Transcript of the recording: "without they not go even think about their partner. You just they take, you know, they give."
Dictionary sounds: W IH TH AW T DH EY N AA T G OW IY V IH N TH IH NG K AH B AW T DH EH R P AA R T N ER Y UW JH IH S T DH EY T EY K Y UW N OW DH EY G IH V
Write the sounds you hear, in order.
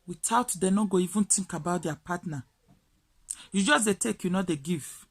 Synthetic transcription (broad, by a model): W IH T AW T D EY N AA G OW IY V IH N T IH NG K AH B AW T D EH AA P AA T N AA Y UW JH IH S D EY T EY K Y UW N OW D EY G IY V